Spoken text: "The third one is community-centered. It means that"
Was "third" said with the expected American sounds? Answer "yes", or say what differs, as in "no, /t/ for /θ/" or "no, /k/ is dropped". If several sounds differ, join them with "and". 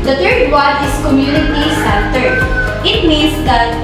no, /t/ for /θ/